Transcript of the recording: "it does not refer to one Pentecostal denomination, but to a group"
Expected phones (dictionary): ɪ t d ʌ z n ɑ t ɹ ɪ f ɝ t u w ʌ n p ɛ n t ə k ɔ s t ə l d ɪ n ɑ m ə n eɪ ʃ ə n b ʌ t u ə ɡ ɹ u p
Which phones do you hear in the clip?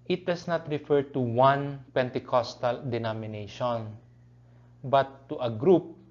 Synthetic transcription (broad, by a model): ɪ t d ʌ s n ɑ t ɹ ɪ f ɝ t u w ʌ n p ɛ n t ə k ɔ s t ə l d ɪ n ɑ m ə n eɪ ʃ ə n b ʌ t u ə ɡ ɹ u p